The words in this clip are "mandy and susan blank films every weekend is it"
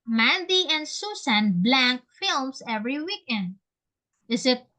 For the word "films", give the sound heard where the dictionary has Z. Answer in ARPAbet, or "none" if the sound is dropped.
S